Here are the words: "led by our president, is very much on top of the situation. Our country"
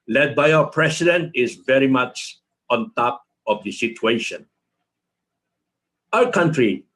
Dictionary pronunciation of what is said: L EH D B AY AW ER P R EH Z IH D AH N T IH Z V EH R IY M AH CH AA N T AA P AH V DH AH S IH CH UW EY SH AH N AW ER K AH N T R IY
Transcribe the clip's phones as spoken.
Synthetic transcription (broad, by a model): L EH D B AY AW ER P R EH S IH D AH N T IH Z V EH R IY M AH CH AA N T AA P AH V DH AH S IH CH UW EY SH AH N AW ER K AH N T R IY